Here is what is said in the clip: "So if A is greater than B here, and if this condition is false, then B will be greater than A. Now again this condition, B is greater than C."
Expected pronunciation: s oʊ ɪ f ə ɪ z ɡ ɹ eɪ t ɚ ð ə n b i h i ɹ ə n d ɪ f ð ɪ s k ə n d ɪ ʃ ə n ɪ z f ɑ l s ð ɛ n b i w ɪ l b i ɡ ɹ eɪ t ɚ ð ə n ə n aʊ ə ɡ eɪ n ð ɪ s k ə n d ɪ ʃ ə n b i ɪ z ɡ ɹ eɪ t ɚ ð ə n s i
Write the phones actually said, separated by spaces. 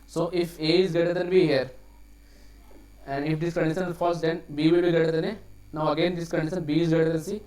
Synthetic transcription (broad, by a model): s oʊ ɪ f ə ɪ z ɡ eɪ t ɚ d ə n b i h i ɹ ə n d ɪ f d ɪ s k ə n d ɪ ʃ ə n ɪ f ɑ s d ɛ n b i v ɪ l b i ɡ eɪ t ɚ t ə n ə n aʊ ə ɡ eɪ n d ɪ s k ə n d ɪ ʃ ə n b i ɪ z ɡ eɪ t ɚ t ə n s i